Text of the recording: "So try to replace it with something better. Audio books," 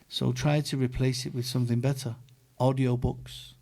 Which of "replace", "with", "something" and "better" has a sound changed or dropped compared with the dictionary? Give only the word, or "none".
none